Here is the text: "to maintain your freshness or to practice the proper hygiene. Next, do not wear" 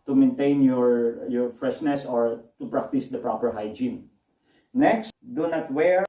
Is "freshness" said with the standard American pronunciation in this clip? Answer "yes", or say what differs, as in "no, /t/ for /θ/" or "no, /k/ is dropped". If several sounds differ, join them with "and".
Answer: yes